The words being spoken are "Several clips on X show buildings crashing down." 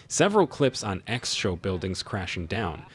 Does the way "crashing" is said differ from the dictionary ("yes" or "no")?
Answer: no